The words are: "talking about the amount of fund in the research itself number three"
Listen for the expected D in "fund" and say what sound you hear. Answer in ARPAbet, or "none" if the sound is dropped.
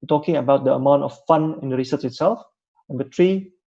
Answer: none